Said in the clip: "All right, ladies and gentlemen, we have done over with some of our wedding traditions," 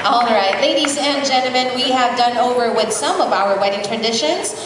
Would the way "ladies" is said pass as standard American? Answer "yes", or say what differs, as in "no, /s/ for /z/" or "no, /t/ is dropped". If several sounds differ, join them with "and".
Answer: yes